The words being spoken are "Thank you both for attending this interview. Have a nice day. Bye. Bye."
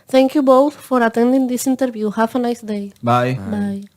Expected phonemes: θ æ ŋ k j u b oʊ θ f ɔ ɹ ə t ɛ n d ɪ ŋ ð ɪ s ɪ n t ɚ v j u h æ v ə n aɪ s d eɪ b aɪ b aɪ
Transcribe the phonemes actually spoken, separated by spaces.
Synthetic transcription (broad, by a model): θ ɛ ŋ k j u b oʊ θ f ɔ ɹ ə t ɛ n d ɪ ŋ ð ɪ s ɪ n t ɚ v j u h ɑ f ə n aɪ s d eɪ b aɪ b aɪ